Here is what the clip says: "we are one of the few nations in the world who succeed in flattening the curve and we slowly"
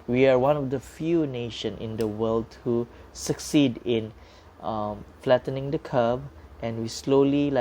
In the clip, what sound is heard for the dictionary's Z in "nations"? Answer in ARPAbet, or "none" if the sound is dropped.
none